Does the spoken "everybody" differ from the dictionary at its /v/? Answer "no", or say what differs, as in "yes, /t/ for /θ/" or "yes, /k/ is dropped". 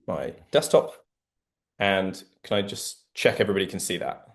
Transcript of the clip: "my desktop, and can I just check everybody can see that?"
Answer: no